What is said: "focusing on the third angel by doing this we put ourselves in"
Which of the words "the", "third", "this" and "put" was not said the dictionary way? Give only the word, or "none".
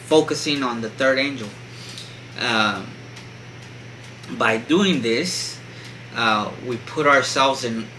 none